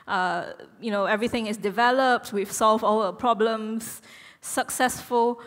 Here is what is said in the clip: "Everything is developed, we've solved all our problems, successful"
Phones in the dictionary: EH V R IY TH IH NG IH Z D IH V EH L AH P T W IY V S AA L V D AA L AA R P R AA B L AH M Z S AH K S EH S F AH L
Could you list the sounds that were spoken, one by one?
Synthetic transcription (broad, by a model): EH V R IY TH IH NG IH S D IH V EH L AH P T W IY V S AA L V AA L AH P R AA B L AH M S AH K S EH S F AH L